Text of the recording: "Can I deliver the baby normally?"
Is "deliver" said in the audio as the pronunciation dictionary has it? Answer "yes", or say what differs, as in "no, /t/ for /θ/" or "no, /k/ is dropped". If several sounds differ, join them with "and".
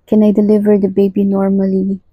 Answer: yes